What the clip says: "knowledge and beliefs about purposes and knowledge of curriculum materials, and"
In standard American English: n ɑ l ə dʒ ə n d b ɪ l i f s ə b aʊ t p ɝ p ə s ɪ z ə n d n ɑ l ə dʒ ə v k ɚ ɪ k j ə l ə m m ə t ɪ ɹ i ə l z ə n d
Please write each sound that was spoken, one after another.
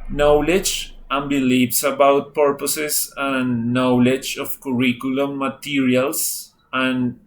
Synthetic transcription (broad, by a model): n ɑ l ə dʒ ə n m b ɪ l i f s ə b aʊ t p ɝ p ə s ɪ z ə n n ɑ l ə dʒ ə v k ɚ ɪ k j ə l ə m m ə t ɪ ɹ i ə l s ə n